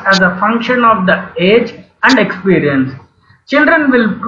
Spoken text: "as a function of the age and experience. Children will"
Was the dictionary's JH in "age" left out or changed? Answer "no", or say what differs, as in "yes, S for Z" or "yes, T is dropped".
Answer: no